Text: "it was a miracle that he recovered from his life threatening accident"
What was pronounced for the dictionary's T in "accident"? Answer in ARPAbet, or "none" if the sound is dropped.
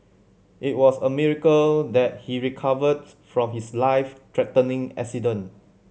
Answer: none